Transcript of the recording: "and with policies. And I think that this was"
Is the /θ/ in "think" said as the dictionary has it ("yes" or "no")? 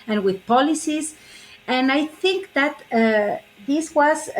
yes